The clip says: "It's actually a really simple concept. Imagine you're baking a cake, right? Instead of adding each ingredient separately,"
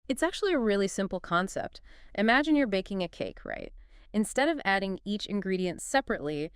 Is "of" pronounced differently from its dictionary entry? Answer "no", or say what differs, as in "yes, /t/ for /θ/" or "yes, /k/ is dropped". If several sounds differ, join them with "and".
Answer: no